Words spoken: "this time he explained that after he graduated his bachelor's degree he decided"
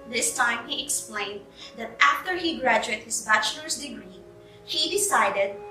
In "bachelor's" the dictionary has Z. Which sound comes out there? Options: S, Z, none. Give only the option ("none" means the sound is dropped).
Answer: S